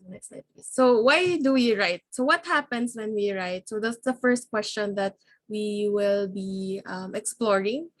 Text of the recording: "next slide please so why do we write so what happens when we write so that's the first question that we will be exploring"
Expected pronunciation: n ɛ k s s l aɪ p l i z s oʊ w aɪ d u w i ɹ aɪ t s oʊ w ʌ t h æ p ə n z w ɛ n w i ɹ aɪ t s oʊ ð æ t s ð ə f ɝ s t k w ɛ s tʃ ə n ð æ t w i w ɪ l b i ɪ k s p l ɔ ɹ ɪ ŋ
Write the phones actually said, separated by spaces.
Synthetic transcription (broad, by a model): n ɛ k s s aɪ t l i s oʊ w aɪ d u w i ɹ aɪ t s oʊ w ʌ t h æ p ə n s w ɛ n w i ɹ aɪ t s oʊ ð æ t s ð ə f ɝ s t k w ɛ s tʃ ə n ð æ t w i w ɪ l b i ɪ k s p l ɔ ɹ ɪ ŋ